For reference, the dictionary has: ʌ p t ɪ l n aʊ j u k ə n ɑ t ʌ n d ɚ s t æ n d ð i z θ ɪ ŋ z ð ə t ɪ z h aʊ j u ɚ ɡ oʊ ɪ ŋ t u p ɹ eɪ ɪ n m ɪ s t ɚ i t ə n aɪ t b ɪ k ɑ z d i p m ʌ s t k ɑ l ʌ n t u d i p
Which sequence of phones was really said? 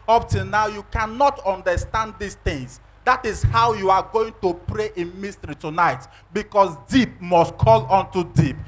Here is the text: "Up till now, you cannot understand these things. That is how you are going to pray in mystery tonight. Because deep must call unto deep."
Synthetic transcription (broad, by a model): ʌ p t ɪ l n aʊ j u k ə n ɑ t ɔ n d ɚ s t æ n d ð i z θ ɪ ŋ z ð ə t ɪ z h aʊ j u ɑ ɡ oʊ ɪ ŋ t u p ɹ eɪ ɪ n m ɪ s t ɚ i t ə n aɪ t b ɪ k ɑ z d i p m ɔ s t k ɑ l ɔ n t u d i p